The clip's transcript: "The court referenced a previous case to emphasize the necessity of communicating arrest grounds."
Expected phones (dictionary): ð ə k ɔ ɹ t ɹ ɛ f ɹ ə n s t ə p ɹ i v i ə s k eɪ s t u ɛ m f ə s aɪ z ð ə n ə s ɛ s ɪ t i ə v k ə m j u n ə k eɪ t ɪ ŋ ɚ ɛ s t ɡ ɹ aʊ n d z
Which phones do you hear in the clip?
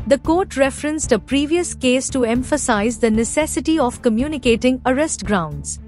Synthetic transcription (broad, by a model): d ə k ɔ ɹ t ɹ ɛ f ɹ ə n s t ə p ɹ i v i ə s k eɪ s t u ɛ m f ə s aɪ z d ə n ə s ɛ s ɪ t i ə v k ə m j u n ə k eɪ t ɪ ŋ ɚ ɛ s t ɡ ɹ aʊ n d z